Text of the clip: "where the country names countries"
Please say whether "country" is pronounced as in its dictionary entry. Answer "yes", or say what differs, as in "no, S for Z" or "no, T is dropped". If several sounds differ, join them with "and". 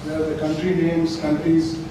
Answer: yes